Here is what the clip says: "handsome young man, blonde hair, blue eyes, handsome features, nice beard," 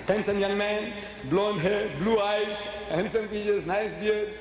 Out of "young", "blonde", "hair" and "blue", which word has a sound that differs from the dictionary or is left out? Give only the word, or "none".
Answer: none